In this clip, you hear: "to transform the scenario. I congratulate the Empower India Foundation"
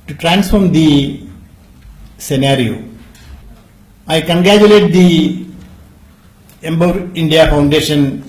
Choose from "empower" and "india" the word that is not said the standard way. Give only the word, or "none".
empower